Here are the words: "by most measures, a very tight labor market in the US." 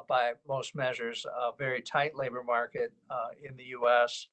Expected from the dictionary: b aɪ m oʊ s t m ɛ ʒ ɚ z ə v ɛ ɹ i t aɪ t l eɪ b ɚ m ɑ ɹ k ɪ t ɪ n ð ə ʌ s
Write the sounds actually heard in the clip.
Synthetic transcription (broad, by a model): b aɪ m oʊ s t m ɛ ʒ ɚ z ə v ɛ ɹ i t aɪ t l eɪ b ɚ m ɑ ɹ k ɪ t ɪ n ð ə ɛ s